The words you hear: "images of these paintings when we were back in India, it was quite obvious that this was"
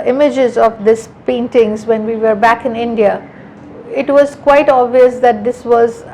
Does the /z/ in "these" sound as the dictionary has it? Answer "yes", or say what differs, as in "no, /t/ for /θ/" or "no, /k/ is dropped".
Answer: no, /s/ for /z/